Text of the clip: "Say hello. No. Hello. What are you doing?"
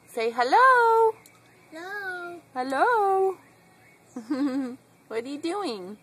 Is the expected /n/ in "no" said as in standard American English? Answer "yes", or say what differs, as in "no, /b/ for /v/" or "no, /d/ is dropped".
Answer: no, /l/ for /n/